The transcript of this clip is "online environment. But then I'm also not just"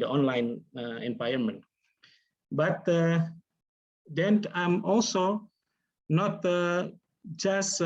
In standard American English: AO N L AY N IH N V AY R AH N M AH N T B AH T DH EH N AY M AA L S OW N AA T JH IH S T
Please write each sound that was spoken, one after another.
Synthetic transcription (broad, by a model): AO N L AY N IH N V AY AH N M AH N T B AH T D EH N AY M AA L S OW N AA T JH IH S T